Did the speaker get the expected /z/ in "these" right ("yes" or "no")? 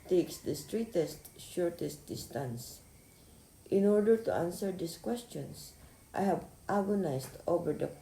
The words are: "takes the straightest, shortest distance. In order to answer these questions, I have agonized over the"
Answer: no